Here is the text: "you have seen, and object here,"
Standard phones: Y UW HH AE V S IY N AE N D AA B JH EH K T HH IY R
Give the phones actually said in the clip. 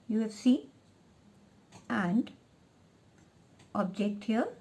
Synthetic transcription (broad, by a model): Y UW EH F S IY AE N D AA B JH EH K T HH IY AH